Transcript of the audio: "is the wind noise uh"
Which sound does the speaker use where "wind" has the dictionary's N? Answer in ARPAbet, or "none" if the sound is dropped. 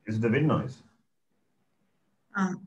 none